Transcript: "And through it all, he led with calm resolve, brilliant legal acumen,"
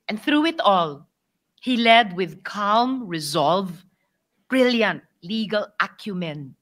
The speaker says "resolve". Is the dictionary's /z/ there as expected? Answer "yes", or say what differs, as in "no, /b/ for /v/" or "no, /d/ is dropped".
yes